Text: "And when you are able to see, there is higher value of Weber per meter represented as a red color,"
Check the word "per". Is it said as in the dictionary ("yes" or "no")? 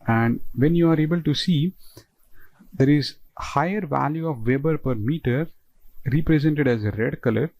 yes